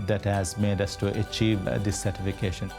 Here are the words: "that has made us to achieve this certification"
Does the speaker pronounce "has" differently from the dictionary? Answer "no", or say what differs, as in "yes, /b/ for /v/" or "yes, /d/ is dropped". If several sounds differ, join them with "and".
no